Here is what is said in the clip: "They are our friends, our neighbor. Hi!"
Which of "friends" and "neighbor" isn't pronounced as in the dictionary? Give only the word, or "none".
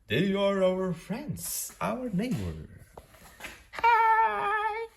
none